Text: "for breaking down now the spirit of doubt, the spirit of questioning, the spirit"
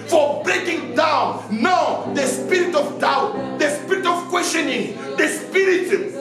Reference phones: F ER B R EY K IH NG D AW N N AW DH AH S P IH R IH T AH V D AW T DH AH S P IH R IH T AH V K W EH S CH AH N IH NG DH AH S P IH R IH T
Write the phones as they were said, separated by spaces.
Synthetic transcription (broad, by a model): F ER B R EY K IH NG D AW N N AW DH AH S P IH R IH T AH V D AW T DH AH S P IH R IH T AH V K W EH S CH AH N IH NG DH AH S P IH R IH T